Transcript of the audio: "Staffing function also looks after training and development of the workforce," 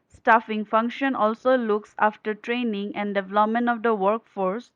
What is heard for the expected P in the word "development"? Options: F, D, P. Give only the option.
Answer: P